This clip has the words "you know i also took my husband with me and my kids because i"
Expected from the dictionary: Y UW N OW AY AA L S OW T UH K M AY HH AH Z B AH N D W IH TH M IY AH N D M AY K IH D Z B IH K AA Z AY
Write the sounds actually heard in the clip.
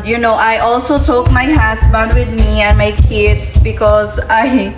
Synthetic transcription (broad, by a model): Y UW N OW AY AA L S OW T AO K M AY HH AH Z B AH N D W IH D M IY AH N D M AY K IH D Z B IH K AA Z AY